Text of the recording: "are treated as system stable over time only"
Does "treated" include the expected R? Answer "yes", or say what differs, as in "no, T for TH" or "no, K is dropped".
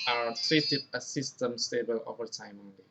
no, R is dropped